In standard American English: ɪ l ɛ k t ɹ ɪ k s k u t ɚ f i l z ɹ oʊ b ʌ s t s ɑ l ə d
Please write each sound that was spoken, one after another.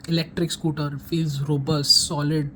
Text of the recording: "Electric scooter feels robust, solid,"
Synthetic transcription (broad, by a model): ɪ l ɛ k t ɹ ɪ k s k u t ɚ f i z ɹ oʊ b ʌ s t s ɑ l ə d